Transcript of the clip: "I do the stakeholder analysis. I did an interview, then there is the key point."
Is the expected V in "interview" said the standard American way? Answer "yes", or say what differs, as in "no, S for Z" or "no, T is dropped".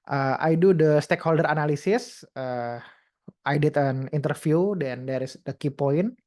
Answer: no, F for V